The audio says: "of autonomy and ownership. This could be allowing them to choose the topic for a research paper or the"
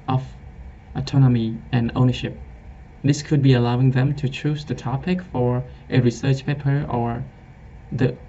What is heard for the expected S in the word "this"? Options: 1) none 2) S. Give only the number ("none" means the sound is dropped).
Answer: 2